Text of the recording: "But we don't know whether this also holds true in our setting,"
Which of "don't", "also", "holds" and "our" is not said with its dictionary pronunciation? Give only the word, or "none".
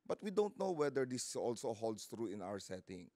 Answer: holds